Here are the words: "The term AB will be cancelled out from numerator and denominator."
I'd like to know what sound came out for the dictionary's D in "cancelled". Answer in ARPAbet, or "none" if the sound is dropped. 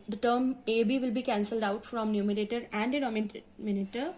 D